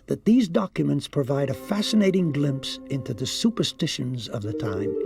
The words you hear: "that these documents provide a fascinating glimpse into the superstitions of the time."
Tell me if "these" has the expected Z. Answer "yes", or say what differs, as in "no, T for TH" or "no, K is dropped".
yes